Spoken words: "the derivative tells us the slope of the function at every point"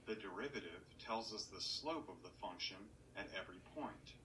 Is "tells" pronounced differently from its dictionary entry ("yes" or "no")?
no